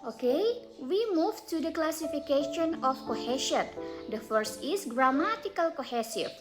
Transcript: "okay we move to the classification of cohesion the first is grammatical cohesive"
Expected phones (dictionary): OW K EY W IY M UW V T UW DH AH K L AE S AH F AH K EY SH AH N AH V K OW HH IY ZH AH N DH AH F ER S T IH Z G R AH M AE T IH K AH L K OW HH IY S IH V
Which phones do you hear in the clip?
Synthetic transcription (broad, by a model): OW K EY W IY M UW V T UW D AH K L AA S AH F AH K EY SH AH N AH F K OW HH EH SH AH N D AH F ER S T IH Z G R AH M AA T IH K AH L K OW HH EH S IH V